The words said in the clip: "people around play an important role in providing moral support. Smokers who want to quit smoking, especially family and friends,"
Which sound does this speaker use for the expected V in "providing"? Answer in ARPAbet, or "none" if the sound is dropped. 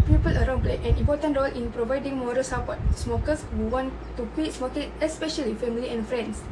V